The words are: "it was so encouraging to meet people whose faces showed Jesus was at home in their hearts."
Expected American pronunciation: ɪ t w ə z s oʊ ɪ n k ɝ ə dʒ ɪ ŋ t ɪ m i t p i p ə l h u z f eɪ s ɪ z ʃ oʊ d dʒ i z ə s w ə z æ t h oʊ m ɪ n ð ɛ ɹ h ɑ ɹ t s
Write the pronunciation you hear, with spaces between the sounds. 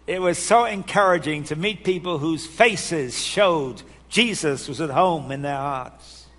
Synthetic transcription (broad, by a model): ɪ t w ə z s oʊ ɪ n k ɝ ə dʒ ɪ ŋ t ɪ m i t p i p l h u z f eɪ s ɪ z ʃ oʊ d dʒ i z ə s w ə z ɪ t h oʊ m ɪ n ð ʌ ɹ h ɑ ɹ t s